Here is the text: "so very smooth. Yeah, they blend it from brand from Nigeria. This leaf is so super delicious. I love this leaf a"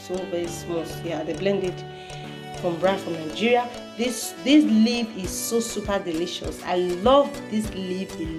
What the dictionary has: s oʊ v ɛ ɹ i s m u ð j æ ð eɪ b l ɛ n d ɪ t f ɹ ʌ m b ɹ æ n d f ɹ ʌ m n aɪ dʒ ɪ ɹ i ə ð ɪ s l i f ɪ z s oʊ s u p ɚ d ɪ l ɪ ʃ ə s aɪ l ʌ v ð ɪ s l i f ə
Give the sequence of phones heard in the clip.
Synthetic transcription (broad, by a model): s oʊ v ɛ ɹ i s m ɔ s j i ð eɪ b l ɛ n d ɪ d f ɹ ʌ m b ɹ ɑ f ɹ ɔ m n aɪ dʒ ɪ ɹ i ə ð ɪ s l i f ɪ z s oʊ s u p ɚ d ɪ l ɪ ʃ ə s aɪ l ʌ v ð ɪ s l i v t